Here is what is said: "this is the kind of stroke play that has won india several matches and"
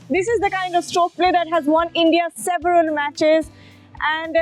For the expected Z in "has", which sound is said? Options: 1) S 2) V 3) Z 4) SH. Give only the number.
3